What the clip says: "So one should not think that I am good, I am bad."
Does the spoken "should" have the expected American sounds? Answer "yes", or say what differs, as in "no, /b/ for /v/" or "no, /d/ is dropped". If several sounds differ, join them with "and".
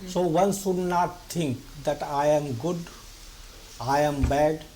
no, /s/ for /ʃ/